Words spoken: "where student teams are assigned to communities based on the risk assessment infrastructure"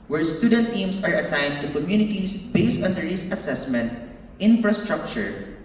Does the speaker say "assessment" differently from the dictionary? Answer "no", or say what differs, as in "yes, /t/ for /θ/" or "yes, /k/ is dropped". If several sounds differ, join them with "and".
no